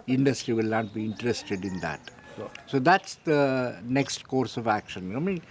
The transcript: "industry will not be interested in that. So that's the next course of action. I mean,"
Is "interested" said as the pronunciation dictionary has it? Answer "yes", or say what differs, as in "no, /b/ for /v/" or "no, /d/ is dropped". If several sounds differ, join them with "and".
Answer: yes